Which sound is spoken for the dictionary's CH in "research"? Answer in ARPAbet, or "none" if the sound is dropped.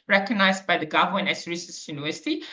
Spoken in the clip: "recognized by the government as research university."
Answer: S